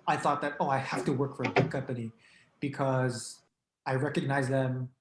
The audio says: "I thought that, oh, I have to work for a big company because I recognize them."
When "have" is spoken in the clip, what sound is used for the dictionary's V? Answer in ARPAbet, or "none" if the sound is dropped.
F